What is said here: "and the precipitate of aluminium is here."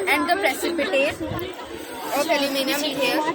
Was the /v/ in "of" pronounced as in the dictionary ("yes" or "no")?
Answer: no